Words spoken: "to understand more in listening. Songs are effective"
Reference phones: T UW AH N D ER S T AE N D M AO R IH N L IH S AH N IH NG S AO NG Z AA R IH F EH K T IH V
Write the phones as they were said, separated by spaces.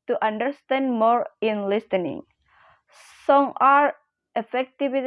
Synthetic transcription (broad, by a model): T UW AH N D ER S T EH N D M AO R IH N L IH S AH N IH NG S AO NG AA R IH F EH K T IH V